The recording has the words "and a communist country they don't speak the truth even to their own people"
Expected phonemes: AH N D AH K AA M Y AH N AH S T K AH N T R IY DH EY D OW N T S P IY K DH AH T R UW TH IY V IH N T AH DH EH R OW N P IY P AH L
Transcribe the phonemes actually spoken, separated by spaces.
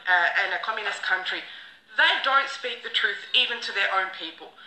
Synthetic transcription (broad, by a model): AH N AH K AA M Y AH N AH S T K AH N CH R IY DH EY D OW N T S P IY K DH AH T R UW TH IY V IH N T AH DH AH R OW N P IY P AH L